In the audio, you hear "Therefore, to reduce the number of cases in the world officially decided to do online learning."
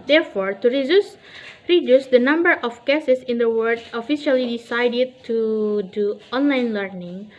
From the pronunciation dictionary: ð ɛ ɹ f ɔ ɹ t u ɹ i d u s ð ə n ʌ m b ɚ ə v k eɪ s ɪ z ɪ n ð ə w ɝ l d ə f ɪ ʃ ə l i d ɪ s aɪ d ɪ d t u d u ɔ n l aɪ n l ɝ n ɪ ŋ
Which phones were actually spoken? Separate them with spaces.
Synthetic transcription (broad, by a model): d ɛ ɹ f ɔ ɹ t u ɹ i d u s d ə n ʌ m b ɚ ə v k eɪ s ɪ s ɪ n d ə w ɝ d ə f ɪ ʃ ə l i d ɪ s aɪ d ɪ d t u d u ɔ n l aɪ n l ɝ n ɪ ŋ